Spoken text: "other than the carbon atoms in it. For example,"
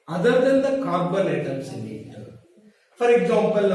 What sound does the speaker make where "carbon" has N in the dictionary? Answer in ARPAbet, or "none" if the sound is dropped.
L